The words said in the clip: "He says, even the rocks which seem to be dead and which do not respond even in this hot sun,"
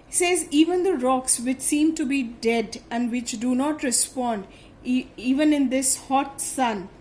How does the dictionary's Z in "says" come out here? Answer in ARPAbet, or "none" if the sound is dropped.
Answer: Z